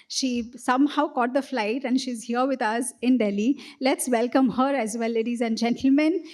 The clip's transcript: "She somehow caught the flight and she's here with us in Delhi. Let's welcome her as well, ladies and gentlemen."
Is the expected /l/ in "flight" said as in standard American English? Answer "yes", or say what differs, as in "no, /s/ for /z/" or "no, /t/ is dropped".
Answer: yes